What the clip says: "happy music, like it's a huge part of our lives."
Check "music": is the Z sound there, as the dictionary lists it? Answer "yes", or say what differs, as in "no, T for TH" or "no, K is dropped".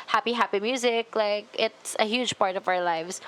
yes